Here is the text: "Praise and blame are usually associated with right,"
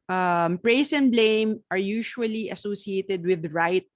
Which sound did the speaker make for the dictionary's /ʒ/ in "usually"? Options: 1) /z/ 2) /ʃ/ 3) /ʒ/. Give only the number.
2